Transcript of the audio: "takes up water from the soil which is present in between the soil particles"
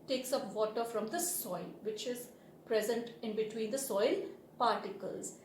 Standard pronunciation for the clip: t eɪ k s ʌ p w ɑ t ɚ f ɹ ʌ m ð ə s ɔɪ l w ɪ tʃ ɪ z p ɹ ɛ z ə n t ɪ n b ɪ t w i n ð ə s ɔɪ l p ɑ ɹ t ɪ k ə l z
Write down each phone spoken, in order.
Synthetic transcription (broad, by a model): t eɪ k s ʌ p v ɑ t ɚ f ɹ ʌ m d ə s ɔɪ l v ɪ tʃ ɪ z p ɹ ɛ z ə n t ɪ n b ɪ t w i n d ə s ɔɪ l p ɑ ɹ t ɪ k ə l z